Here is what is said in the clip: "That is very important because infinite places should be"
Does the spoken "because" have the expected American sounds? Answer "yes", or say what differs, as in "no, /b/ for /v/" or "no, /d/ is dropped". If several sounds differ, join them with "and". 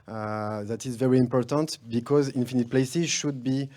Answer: yes